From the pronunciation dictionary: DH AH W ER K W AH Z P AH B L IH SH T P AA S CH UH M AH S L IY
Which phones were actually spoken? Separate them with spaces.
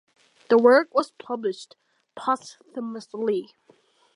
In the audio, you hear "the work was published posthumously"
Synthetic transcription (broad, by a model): DH AH W ER K W AH Z P AH B L IH SH T P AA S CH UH M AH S L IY